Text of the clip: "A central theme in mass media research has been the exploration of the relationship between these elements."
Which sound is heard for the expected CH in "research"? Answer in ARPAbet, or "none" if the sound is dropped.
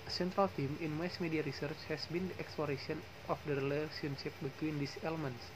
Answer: CH